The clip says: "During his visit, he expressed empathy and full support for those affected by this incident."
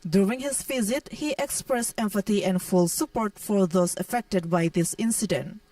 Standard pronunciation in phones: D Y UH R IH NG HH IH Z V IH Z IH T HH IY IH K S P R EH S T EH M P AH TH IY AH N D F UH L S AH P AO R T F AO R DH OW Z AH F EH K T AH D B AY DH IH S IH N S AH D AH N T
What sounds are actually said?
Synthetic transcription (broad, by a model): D Y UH R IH NG HH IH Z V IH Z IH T HH IY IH K S P R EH S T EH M F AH T IY AH N D F UH L S AH P AO R T F AO R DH OW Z AH F EH K T AH D B AY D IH S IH N S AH D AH N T